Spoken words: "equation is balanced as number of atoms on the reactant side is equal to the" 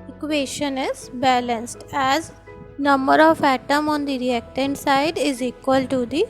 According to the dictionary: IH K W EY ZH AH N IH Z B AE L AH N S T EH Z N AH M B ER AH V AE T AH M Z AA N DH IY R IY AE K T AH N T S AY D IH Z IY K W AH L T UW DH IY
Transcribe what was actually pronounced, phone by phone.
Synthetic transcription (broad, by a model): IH K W EY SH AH N IH Z B AE L AH N S T EH Z N AH M B ER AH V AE T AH M AA N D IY R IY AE K T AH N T S AY D IH Z IY K W AH L T UW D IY